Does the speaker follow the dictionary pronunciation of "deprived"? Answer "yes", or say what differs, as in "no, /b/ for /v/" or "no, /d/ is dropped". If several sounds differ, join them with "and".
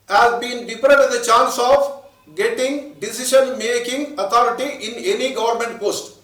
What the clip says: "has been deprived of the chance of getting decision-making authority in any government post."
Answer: no, /v/ is dropped